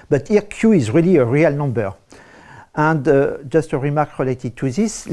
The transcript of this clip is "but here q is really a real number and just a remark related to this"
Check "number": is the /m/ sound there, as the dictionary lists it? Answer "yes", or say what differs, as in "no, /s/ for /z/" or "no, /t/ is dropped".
yes